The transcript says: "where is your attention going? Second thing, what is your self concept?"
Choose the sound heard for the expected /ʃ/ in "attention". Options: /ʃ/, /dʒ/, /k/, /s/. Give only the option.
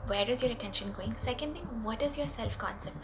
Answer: /ʃ/